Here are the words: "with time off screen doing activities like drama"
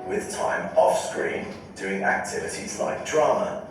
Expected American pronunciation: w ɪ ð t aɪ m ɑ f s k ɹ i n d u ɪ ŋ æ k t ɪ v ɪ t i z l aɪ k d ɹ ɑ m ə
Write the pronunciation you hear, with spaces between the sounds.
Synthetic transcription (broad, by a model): w ɪ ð t aɪ m ɑ f s k ɹ i n d u ɪ ŋ æ k t ɪ v ɪ t i z l aɪ k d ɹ ɑ m ə